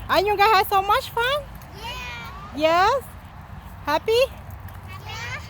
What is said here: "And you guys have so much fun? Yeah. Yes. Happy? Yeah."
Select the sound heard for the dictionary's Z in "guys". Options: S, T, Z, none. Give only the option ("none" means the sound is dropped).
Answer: none